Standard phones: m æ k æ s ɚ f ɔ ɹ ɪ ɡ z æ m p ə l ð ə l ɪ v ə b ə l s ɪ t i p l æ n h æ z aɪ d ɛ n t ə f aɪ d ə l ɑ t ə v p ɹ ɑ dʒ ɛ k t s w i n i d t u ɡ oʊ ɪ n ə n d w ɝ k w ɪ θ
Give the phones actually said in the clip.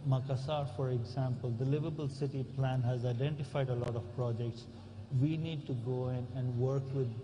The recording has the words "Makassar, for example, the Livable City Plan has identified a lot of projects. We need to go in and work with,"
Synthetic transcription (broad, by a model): m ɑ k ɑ s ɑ f ɔ ɹ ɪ ɡ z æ m p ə l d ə l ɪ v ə b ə l s ɪ t i p l æ n h æ z aɪ d ɛ n t ə f aɪ d ə l ɑ t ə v p ɹ ɑ dʒ ɛ k t s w i n i d t u ɡ oʊ ɪ n ə n d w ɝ k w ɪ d